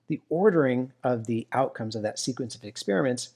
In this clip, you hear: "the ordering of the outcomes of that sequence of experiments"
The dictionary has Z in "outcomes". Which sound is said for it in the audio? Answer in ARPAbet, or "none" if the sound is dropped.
Z